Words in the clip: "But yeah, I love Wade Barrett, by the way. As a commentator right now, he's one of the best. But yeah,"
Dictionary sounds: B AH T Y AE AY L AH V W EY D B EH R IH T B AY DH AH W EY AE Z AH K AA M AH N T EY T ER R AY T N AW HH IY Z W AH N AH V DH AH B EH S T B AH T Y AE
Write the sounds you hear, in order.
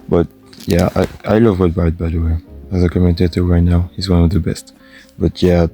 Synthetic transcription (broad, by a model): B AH T Y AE AY L AH V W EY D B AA IH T B AY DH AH W EY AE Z AH K AA M AH N T EY T ER R AY T N AW HH IY Z W AH N AH V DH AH B EH S T B AH T Y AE